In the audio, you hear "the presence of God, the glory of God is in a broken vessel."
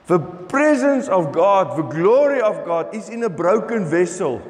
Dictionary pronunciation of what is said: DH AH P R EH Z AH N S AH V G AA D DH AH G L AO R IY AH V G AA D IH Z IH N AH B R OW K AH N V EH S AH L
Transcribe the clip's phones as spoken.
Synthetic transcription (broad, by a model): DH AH P R EH Z AH N S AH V G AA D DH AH G L AO R IY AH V G AA D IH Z IH N AH B R OW K AH N V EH S AH L